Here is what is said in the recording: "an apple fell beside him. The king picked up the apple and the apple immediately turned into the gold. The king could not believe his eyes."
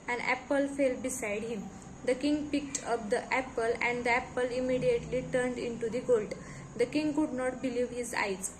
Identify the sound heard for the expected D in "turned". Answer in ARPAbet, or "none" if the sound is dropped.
D